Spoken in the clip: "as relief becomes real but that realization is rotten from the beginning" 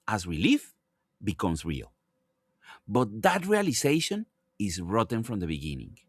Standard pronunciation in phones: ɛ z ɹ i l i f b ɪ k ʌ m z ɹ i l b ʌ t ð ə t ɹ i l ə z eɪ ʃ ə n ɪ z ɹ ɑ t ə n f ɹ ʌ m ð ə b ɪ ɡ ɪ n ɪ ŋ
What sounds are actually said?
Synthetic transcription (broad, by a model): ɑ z w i l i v b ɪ k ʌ m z ɹ i l b ʌ t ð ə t ɹ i l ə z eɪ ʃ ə n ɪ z ɹ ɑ t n f ɹ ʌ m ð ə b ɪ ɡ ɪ n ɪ ŋ